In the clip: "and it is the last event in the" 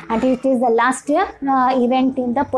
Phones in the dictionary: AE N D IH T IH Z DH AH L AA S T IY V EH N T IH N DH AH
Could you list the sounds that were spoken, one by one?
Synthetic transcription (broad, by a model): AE N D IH T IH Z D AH L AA S T IY V EH N T IH N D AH